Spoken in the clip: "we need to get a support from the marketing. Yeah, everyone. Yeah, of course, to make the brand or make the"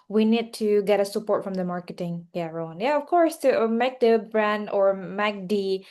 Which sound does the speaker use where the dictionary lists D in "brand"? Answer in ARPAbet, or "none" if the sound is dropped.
D